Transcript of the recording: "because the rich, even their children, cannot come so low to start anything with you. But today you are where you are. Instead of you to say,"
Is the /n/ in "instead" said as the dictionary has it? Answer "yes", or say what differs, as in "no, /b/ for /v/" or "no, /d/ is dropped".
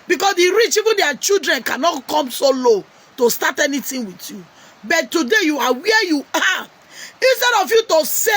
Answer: yes